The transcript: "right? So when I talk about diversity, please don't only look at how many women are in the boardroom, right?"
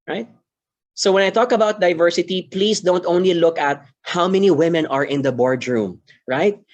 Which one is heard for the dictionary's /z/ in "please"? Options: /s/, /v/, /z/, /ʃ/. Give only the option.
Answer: /s/